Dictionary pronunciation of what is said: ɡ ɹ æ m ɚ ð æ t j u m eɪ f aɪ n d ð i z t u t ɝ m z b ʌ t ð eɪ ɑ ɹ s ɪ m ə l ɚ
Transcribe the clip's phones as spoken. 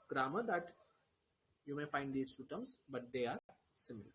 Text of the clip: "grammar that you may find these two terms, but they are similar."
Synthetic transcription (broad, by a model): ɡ ɹ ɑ m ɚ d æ t j u m eɪ f aɪ n d i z s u t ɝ m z b ʌ t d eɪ ɑ ɹ s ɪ m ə l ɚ